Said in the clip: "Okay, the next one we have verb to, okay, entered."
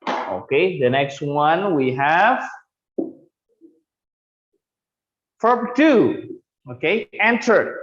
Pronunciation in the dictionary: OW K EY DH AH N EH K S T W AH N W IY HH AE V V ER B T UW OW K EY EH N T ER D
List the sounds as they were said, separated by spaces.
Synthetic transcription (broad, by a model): OW K EY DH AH N EH K S T W AH N W IY HH AE V F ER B T UW OW K EY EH N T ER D